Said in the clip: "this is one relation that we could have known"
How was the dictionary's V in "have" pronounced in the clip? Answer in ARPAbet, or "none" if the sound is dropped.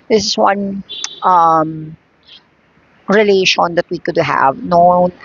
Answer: V